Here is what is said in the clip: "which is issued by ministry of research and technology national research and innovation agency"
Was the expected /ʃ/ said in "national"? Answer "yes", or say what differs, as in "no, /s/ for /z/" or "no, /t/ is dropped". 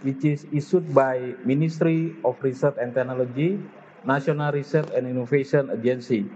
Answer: no, /s/ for /ʃ/